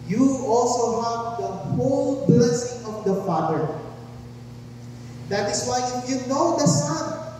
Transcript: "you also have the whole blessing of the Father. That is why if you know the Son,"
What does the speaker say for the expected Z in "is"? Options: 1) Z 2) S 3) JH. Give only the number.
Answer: 2